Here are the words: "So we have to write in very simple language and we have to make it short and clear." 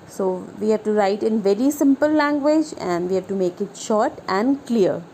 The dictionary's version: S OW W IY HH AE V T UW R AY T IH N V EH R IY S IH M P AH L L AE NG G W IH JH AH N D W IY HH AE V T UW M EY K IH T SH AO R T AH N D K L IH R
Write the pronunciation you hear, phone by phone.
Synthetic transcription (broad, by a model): S OW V IY HH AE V T UW R AY T IH N V EH R IY S IH M P AH L L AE NG G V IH JH AH N D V IY HH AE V T UW M EY K IH T SH AO R T AH N D K L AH R